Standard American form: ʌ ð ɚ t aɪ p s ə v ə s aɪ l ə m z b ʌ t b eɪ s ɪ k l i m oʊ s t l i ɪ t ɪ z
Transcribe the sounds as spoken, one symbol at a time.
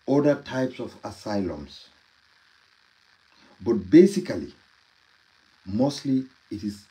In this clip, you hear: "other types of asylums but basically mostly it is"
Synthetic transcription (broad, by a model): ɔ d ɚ t aɪ p s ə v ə s aɪ l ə m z b ʌ t b eɪ s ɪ k l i m oʊ s t l i ɪ t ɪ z